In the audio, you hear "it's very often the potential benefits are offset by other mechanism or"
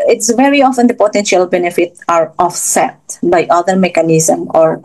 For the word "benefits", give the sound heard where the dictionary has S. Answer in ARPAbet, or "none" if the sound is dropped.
none